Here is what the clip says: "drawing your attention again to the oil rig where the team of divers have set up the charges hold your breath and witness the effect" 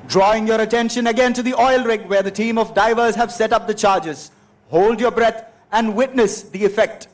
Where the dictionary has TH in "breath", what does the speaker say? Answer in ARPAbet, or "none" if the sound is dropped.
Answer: T